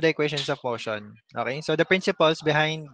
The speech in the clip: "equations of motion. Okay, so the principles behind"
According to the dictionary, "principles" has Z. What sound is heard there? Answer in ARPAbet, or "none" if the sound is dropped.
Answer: S